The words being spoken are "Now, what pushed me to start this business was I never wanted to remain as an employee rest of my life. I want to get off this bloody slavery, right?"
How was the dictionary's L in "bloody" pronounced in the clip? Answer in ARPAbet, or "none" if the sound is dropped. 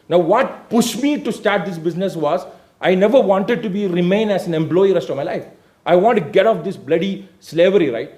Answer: L